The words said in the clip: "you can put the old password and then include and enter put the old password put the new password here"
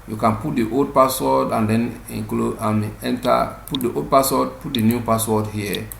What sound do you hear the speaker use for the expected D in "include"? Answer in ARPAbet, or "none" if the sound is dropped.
none